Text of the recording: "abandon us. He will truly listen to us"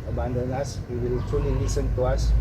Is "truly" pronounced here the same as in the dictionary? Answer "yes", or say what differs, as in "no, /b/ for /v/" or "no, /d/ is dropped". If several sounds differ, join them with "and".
no, /ɹ/ is dropped